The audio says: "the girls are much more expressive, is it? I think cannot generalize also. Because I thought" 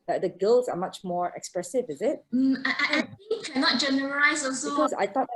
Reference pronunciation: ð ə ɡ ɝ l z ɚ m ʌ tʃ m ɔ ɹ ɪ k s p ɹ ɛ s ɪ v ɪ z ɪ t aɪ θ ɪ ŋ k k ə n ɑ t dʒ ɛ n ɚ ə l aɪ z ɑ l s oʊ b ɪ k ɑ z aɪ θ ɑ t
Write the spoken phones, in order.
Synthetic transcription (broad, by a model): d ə ɡ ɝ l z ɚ m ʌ tʃ m ɔ ɹ ɪ k s p ɹ ɛ s ɪ v ɪ z ɪ t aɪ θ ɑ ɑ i k ə n ɑ t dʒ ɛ n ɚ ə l aɪ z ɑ s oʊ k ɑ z aɪ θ ɑ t